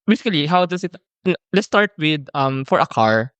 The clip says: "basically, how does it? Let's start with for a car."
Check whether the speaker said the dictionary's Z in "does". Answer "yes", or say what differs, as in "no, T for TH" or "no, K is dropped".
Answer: no, S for Z